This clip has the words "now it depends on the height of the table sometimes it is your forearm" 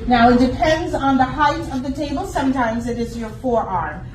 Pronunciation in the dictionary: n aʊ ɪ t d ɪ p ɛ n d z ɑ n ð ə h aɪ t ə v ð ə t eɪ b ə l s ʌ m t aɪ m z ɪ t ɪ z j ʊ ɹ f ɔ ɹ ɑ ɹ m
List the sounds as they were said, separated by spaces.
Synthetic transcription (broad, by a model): n aʊ ɪ t d ɪ p ɛ n d z n ð ə h aɪ t ə v ð ə t eɪ b ə l s ʌ m t aɪ m z ɪ t ɪ z j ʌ ɹ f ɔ ɹ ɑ ɹ m